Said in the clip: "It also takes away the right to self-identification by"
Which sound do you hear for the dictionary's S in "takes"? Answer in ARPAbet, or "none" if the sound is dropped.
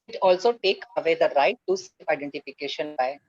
none